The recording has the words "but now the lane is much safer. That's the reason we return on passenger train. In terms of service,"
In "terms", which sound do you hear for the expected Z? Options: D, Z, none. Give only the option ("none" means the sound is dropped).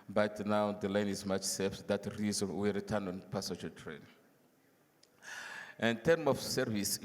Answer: none